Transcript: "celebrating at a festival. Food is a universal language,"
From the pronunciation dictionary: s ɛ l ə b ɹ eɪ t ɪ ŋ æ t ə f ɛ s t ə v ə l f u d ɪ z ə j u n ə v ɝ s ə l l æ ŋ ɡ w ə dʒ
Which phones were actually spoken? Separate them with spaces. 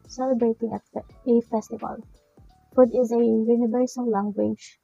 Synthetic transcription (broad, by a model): s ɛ l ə b ɹ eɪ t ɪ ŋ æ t ə f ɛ s t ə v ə l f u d ɪ z ə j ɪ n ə b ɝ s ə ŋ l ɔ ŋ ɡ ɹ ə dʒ